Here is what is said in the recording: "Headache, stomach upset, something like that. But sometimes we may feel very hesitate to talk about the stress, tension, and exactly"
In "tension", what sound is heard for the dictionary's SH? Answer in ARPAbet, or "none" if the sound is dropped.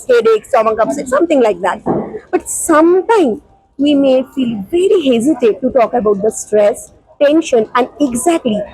SH